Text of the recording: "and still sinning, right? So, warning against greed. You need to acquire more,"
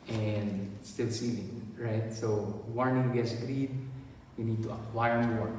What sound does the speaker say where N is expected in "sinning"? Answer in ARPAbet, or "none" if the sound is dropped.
L